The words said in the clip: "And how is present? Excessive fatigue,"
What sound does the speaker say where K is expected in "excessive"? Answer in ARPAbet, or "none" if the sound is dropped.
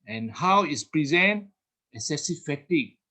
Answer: none